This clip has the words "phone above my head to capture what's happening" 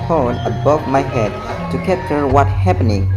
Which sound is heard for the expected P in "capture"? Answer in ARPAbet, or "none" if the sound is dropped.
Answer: none